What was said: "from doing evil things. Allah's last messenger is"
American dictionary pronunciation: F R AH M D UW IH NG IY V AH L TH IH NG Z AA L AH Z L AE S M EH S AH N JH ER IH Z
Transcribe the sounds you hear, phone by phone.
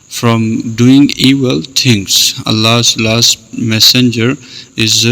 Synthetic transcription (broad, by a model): F R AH M D UW IH NG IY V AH L T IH NG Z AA L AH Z L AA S M EH S AH N JH ER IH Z